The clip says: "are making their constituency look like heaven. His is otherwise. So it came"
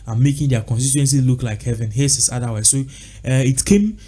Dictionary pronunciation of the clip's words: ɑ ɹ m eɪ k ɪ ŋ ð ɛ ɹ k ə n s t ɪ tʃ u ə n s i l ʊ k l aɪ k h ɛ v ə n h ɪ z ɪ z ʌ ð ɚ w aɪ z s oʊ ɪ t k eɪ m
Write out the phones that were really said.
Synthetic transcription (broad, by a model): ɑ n m eɪ k ɪ ŋ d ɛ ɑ k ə n s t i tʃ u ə n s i l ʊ k l aɪ k h ɛ v ə n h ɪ s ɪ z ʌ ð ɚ w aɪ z s oʊ ɪ t k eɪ m